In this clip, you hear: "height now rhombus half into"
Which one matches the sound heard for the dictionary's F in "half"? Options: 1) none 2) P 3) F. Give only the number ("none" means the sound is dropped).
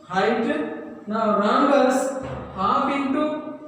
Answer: 2